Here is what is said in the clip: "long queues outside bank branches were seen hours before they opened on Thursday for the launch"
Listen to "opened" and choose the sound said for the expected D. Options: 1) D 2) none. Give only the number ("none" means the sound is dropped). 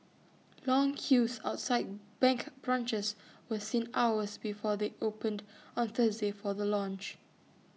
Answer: 1